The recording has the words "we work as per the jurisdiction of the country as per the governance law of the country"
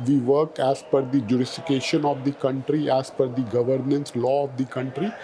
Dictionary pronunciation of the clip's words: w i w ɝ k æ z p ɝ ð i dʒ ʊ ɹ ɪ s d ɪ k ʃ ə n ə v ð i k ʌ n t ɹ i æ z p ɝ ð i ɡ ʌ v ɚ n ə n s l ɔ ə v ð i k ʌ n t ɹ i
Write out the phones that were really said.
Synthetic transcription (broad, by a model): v i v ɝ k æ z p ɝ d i dʒ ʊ ɹ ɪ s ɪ k ʃ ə n ə v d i k ʌ n t ɹ i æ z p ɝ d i ɡ ʌ v ɚ n ə n s l ɔ ə v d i k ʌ n t ɹ i